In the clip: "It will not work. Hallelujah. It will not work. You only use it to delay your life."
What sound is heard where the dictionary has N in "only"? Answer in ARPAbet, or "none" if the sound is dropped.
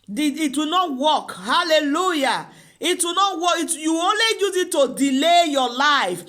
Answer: N